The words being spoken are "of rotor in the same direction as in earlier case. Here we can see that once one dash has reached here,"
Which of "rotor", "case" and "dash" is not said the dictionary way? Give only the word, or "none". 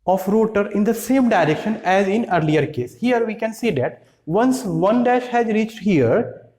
none